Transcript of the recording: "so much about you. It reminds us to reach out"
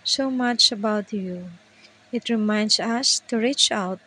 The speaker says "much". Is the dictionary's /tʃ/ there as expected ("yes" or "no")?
yes